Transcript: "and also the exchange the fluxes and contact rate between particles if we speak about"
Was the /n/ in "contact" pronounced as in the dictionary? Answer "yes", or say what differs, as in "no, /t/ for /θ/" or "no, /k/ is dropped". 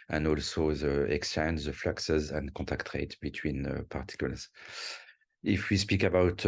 no, /n/ is dropped